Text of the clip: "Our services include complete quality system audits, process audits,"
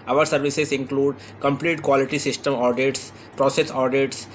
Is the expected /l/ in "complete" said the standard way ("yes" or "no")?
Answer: yes